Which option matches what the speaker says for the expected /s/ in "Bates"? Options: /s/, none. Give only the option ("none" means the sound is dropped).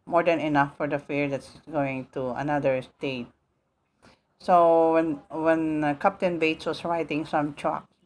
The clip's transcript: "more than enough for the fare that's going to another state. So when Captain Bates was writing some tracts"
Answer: /s/